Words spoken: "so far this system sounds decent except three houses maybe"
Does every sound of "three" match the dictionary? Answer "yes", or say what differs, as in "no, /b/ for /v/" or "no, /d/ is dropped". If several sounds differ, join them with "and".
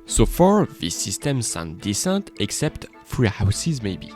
no, /f/ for /θ/